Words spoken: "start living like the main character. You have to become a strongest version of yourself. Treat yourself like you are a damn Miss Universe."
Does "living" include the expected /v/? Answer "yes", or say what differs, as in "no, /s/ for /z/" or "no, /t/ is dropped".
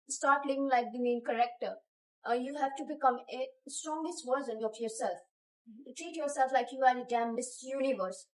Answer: no, /v/ is dropped